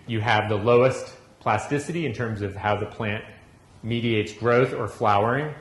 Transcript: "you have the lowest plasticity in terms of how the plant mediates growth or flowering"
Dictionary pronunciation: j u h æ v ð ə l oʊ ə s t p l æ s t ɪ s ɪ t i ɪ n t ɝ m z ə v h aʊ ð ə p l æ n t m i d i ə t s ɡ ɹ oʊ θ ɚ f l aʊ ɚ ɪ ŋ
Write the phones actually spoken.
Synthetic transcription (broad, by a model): j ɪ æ v ð ə l oʊ ə s t p l æ s t ɪ s ɪ t i ɪ n t ɝ m z ə v h aʊ ð ə p l æ n t m i d i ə t s ɡ ɹ oʊ θ ɚ f l aʊ ɚ ɪ ŋ